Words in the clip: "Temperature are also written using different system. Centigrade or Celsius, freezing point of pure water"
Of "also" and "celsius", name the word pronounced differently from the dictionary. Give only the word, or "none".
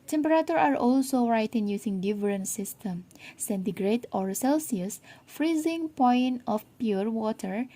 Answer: none